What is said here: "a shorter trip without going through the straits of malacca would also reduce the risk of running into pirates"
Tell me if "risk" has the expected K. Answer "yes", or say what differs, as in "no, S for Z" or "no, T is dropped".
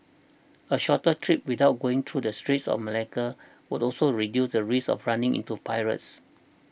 no, K is dropped